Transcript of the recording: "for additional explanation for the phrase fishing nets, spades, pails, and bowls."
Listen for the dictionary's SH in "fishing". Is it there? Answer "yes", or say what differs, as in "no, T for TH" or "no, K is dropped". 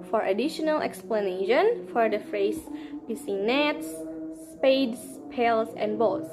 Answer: no, S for SH